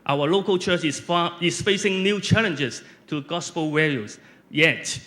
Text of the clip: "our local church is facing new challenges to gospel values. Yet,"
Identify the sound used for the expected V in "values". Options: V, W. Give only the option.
W